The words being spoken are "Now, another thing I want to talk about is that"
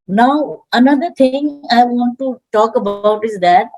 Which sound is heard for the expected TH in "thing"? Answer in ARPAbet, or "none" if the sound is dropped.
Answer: T